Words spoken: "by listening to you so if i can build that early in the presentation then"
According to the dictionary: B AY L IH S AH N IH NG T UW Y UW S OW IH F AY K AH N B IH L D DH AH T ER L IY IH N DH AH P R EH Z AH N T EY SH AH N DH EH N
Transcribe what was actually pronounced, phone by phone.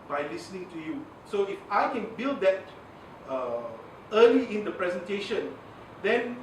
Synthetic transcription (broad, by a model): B AY L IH S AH N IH NG T UW Y UW S OW IH F AY K AH N B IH L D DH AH T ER L IY IH N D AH P R EH Z AH N T EY SH AH N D EH N